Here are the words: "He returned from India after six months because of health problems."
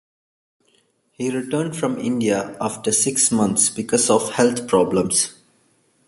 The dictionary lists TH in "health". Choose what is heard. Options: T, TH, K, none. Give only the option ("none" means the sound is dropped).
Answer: T